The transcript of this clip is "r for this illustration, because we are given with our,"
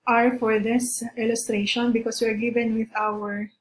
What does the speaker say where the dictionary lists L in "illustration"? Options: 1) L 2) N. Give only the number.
1